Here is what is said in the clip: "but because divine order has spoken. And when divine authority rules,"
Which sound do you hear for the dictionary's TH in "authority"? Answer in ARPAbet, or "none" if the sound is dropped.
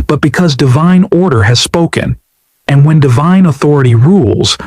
TH